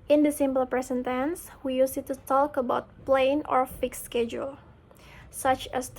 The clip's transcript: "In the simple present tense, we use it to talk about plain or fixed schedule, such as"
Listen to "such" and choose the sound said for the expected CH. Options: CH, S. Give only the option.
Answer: CH